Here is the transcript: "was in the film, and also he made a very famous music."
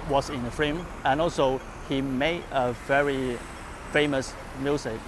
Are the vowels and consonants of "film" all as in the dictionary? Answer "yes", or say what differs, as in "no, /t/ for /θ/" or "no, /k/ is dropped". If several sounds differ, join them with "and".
no, /l/ is dropped